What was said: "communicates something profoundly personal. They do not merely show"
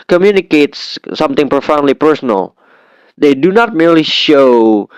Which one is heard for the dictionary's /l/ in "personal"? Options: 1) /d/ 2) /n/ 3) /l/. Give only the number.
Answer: 3